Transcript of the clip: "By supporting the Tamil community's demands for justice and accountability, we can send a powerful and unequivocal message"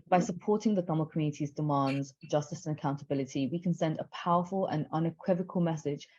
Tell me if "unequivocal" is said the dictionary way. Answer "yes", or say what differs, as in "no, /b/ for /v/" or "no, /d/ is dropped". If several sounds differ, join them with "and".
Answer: yes